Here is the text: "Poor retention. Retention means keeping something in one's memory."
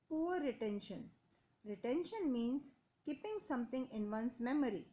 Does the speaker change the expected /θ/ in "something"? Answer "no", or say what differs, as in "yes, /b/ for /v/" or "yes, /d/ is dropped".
yes, /t/ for /θ/